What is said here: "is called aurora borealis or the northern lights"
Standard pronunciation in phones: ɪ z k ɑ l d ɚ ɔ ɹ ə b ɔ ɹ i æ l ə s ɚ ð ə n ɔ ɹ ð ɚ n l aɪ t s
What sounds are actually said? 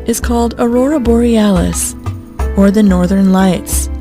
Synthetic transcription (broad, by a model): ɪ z k ɑ l d ɚ ɔ ɹ ə b ɔ ɹ i æ l ə s ɚ ð ə n ɔ ɹ ð ɚ n l aɪ t s